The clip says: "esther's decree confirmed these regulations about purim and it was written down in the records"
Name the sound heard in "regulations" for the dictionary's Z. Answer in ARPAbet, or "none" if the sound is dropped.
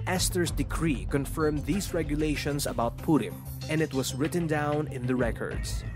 S